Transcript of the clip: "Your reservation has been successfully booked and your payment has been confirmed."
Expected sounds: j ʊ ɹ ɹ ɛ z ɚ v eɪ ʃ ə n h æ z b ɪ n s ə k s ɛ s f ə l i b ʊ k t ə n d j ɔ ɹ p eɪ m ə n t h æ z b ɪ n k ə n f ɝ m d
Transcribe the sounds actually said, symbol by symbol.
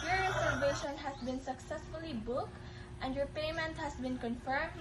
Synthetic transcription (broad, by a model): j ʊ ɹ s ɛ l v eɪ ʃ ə n h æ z b ɪ n s ə k s ɛ s f ə l i b ʊ k t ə n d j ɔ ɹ p eɪ m ə n t h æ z b ɪ n k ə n f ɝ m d